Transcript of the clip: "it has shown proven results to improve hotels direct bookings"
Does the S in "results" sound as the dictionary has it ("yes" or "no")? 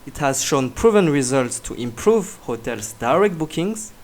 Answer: yes